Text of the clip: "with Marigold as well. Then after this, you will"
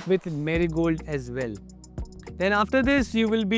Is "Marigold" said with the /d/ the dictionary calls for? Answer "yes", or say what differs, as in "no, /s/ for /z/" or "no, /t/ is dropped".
yes